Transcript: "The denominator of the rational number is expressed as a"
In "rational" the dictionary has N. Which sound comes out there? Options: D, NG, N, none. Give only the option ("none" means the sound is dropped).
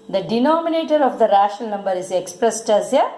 none